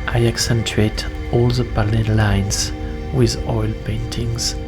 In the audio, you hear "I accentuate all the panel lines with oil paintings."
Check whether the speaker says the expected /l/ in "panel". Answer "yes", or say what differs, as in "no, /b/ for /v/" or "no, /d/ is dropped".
no, /n/ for /l/